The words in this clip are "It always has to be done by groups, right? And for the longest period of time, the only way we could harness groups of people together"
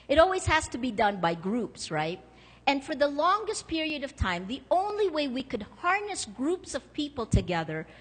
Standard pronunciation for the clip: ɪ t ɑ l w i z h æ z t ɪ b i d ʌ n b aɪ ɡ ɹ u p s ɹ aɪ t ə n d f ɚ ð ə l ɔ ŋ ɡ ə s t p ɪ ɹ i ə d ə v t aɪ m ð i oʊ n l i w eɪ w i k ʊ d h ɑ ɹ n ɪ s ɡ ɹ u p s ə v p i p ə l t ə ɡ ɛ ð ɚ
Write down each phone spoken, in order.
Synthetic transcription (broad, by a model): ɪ t ɑ l w i z h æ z t ɪ b i d ʌ n b aɪ ɡ ɹ u p s ɹ aɪ t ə n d f ɚ ð ə l ɔ ŋ ɡ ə s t p ɪ ɹ i ə d ə v t aɪ m ð i oʊ n l i w eɪ w i k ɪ d h ɑ ɹ n ɪ s ɡ ɹ u p s ə v p i p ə l t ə ɡ ɛ ð ɚ